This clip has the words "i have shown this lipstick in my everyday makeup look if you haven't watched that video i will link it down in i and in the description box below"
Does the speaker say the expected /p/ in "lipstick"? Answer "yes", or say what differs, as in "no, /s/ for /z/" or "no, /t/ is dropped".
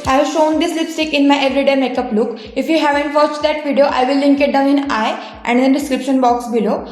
yes